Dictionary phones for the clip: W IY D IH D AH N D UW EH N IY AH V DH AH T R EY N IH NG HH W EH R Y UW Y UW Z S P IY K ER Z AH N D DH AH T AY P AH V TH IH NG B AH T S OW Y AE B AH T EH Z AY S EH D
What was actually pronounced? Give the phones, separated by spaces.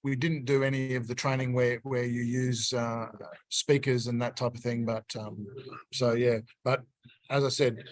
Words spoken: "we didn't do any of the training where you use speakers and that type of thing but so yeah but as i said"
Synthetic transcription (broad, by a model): W IY D IH D N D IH EH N IY AH V DH AH T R EY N IH NG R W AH R Y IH Y UW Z S P IY K ER Z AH N DH AH T AY P AH V TH IH NG B AH T S OW Y AE B AH T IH Z AY S EH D